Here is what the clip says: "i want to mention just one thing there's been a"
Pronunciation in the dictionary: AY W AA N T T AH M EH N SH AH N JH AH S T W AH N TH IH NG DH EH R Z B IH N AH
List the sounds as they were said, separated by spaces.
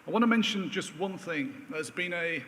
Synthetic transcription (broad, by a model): AY W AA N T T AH M EH N SH AH N JH AH S T W AH N TH IH NG DH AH Z B IH N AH